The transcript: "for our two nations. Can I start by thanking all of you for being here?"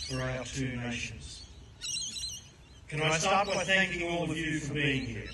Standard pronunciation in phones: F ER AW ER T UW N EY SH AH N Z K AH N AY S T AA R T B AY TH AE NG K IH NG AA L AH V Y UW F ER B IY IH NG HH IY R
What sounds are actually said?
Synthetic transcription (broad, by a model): F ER AW ER T UW N EY SH AH N Z K AH N AY S T AA R T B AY TH AE NG K IH NG AA L AH V Y UW F ER B IY IH NG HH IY R